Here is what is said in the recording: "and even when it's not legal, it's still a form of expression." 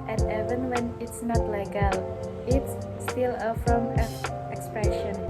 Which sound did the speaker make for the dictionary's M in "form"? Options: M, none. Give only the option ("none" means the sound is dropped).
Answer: none